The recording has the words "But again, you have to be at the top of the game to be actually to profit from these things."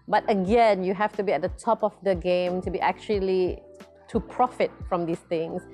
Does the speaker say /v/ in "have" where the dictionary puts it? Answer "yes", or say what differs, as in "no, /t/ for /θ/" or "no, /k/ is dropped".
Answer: no, /f/ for /v/